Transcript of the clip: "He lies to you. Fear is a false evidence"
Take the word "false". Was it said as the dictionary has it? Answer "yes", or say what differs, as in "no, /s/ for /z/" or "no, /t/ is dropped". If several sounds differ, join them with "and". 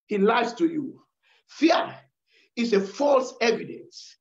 yes